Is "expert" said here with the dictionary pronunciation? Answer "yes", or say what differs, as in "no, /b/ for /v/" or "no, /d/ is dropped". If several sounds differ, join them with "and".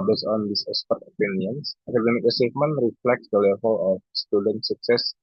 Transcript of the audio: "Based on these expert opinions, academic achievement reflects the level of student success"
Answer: no, /k/ is dropped